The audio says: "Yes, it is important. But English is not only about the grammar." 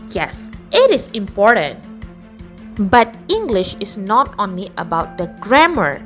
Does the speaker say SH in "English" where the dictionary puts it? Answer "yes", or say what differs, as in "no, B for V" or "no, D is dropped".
yes